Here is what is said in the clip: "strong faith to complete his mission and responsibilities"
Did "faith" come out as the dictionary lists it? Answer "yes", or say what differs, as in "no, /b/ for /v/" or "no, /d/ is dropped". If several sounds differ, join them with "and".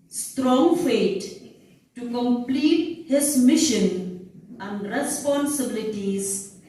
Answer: no, /t/ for /θ/